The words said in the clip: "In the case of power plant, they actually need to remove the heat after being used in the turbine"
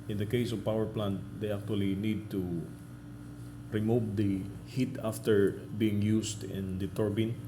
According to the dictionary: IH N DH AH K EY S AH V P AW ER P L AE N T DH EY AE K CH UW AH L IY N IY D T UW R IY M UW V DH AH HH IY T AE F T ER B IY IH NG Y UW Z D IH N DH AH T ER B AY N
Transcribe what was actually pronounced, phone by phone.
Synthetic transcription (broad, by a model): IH N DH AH K EY S AH V P AW ER P L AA N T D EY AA K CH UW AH L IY N IY D T UW R IY M UW V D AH HH IY T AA F T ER B IY IH NG Y UW S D IH N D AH T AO B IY N